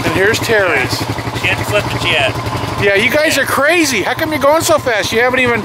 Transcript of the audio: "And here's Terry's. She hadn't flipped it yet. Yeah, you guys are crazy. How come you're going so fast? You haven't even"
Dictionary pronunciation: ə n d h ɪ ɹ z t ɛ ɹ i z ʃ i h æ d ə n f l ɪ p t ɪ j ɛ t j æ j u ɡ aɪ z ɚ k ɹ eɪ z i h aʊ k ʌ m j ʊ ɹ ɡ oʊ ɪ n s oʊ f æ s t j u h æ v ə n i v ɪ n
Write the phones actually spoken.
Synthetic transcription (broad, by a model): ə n h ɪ ɹ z t ɛ ɹ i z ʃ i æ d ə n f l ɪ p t ɪ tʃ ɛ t j æ j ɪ ɡ aɪ z ɚ k ɹ eɪ z i h aʊ k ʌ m j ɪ ɡ oʊ ɪ n s oʊ f æ s t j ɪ h æ v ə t i v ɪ n